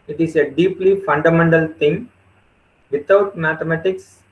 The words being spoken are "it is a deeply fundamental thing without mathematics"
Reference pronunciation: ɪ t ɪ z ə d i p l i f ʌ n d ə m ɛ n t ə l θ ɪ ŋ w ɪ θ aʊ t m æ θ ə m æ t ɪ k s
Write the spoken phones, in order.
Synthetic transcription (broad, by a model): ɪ t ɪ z ə d i p l i f ʌ n d ə m ɛ n t ə l t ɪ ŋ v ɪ t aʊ t m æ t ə m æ t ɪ k s